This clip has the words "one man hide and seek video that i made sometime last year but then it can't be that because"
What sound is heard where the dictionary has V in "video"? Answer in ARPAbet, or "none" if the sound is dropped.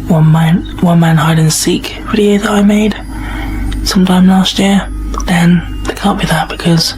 F